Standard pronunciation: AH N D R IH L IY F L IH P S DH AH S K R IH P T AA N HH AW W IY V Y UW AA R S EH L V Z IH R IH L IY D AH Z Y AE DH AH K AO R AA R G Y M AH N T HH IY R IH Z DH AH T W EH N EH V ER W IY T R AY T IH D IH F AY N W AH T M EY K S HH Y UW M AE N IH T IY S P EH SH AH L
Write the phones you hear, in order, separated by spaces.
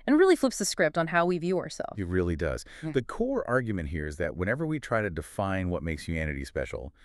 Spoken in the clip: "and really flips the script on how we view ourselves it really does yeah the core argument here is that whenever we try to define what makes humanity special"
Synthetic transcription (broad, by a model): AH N R IH L IY F L IH P S DH AH S K R IH P T N HH AW W IY V Y UW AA R S EH L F IH R IH L IY D AH Z DH AH K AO R AA R G Y M AH N T HH IY R IH Z DH AH T W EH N EH V ER W IY T R AY T IH D IH F AY N W AH T M EY K S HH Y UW M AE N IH T IY S P EH SH L